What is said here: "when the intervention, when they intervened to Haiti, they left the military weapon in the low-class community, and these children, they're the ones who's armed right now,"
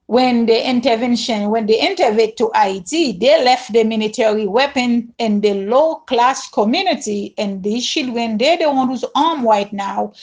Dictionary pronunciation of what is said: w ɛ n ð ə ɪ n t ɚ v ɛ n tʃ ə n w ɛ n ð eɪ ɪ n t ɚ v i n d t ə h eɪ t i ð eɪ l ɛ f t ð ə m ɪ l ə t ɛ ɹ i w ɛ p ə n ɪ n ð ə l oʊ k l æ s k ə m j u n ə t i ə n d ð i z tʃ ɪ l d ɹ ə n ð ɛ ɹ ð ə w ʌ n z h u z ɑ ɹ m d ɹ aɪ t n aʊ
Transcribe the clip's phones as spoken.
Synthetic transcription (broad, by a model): w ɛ n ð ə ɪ n t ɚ v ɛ n ʃ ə n w ɛ n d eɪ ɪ n t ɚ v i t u t ə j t i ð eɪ l ɛ f t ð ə m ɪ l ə t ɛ ɹ i w ɛ p ə n ɪ n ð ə l oʊ k l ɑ s k ə m j u n ə t i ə n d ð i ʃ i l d w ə n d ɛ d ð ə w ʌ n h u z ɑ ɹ m ɹ aɪ t n aʊ